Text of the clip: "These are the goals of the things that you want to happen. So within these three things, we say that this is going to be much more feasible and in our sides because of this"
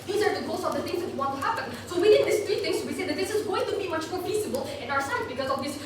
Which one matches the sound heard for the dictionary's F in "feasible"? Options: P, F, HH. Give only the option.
P